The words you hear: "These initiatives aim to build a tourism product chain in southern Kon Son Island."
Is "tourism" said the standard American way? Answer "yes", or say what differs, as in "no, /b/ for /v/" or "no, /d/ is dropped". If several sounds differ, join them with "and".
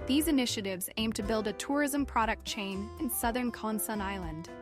yes